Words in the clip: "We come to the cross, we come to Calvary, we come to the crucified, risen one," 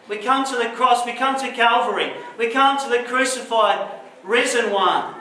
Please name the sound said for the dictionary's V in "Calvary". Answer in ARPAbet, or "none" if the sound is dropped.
V